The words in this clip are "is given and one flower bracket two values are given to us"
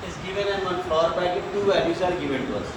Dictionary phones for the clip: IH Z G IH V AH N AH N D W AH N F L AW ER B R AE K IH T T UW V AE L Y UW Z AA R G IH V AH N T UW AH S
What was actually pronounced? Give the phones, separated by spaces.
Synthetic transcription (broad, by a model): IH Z G IH V AH N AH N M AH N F AW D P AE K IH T T UW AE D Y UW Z AA R G IH V AH N T UW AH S